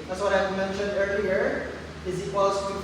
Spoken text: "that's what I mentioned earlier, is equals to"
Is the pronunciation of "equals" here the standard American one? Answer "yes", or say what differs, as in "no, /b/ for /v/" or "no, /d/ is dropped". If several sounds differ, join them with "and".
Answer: no, /l/ is dropped